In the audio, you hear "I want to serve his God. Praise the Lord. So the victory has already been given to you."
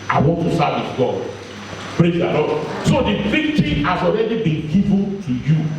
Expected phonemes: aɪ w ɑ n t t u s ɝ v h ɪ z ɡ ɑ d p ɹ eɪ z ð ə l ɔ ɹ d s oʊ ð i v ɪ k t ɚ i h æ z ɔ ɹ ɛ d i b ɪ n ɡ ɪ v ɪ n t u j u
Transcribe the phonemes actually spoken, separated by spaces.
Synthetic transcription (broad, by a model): aɪ w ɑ n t t u s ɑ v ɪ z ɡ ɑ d p ɹ eɪ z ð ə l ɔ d s oʊ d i f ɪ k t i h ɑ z ɔ ɹ ɛ d i b ɪ n ɡ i v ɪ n t u j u